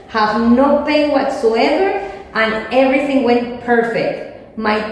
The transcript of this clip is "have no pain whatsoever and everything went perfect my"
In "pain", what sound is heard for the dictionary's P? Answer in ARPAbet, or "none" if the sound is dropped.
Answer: B